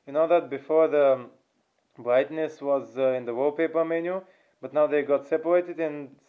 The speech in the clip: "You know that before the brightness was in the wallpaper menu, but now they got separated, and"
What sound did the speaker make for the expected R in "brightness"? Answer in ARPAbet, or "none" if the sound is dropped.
R